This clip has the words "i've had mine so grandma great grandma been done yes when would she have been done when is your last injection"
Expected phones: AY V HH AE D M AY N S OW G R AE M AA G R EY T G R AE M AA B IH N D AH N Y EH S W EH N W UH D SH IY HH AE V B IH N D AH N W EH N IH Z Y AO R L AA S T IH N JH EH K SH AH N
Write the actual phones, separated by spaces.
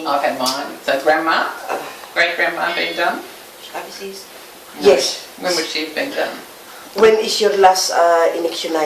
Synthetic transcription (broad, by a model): AY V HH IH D M AY N S OW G R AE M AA G R EY T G R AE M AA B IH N D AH N Y EH S W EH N W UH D SH IY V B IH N D AH N W EH N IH S Y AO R L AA S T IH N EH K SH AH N